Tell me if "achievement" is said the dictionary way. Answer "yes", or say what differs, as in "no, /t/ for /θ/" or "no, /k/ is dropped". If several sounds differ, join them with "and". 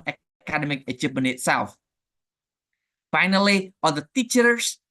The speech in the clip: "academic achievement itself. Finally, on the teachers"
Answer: no, /p/ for /v/